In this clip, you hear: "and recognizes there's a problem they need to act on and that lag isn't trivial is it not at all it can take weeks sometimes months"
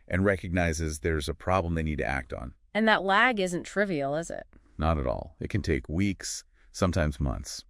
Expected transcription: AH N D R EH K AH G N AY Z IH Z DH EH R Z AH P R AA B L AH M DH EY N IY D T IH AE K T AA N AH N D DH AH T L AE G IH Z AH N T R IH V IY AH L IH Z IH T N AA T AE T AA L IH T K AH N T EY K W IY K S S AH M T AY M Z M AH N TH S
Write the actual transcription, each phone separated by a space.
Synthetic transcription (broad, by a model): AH N R EH K AH G N AY Z IH Z DH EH R Z AH P R AA B L AH M DH EY N IY D T IH AE K T N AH N DH AH T L AE G IH Z AH N T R IH V IY L IH Z IH T N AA T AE T AA L IH T K AH N T EY K W IY K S S AH M T AY M Z M AH N TH S